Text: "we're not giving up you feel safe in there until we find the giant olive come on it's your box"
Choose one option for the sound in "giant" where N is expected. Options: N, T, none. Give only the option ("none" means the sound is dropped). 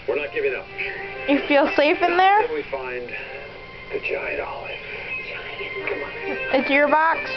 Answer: none